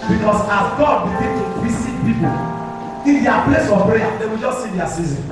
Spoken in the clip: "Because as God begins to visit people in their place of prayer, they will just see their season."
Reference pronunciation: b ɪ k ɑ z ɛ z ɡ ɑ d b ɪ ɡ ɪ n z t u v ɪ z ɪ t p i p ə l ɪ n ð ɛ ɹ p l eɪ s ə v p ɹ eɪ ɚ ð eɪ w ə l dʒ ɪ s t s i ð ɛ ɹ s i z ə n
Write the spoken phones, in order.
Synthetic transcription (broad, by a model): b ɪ k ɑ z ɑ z ɡ ɑ d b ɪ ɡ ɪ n t u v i s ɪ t p i p ə l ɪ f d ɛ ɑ p l eɪ s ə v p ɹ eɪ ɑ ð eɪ w ə l dʒ ɪ s t s i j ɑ s i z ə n